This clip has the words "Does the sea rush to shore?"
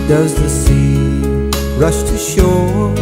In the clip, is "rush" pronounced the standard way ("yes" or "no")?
yes